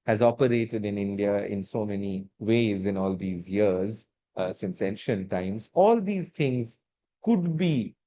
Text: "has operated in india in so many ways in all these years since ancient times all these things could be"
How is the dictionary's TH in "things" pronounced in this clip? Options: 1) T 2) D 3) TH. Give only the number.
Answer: 1